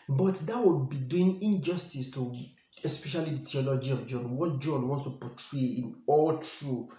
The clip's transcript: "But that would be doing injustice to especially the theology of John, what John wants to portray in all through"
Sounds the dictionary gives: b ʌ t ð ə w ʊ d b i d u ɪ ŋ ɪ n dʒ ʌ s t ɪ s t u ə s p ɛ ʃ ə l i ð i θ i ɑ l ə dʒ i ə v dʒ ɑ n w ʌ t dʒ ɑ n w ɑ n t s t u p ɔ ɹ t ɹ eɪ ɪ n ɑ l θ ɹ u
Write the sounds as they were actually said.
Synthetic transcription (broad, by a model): b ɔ t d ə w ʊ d b i d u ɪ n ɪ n dʒ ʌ s t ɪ s t u ə s p ɛ ʃ ə l i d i t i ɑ l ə dʒ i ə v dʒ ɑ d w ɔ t dʒ ɑ n w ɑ n s t u p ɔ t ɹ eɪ ɪ n ɑ l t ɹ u